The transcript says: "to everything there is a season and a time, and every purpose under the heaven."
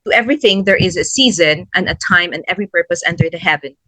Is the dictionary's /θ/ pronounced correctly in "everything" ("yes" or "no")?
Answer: yes